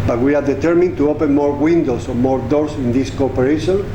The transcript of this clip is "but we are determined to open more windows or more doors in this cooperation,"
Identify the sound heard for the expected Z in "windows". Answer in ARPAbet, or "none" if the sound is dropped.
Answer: S